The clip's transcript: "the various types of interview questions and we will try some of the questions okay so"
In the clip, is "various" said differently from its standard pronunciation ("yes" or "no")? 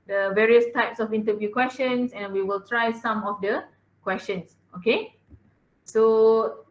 no